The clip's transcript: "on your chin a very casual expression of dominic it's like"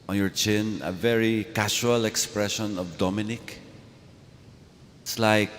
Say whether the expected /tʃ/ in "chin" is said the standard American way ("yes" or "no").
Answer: yes